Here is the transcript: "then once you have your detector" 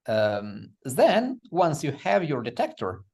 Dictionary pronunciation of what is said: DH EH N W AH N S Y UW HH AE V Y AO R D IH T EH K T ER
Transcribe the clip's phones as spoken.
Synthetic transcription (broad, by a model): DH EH N W AH N S Y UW HH AE V Y AO R D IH T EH K T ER